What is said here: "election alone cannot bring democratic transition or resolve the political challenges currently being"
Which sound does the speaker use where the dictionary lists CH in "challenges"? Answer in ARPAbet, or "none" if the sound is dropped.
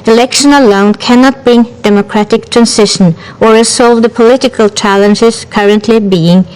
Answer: CH